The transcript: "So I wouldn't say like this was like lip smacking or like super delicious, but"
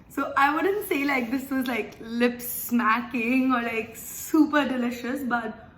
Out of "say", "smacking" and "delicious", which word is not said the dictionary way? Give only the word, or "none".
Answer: none